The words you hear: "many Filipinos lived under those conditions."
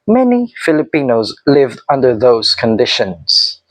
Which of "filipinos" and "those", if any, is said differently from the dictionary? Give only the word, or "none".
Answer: none